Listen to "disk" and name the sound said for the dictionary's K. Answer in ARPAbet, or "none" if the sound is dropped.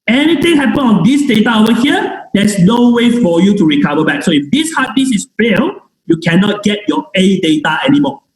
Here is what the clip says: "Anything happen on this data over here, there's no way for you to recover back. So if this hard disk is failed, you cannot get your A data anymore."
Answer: none